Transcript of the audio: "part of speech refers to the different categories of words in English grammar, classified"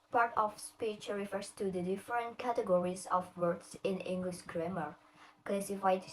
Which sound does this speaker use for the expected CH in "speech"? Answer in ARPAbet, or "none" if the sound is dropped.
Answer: CH